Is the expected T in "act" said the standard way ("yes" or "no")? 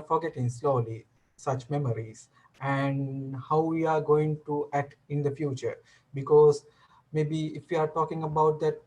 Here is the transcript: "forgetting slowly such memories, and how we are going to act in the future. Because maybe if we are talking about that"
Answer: yes